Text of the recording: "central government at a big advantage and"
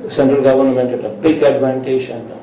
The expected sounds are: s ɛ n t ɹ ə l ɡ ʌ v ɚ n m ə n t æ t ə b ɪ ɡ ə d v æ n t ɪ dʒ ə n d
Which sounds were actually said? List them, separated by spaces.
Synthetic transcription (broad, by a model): s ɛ n t ɹ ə l ɡ ʌ v ɚ n m ə n t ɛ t ə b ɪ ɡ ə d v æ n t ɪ ʃ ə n